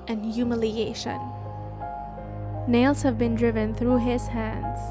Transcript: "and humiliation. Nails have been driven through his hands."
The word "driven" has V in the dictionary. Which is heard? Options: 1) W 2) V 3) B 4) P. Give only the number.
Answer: 2